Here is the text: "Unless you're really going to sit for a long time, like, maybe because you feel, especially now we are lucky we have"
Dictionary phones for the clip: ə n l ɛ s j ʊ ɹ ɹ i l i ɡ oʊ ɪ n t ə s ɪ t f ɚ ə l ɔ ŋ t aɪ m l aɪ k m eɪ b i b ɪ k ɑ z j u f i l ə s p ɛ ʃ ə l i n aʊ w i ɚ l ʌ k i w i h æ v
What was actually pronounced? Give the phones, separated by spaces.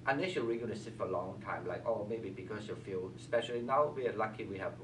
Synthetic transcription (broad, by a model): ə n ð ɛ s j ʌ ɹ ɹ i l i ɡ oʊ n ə s ɪ t f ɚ ə l ɔ ŋ t aɪ m l aɪ k m eɪ b i b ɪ k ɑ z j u f i l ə s p ɛ ʃ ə l i n aʊ w i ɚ l ʌ k i w i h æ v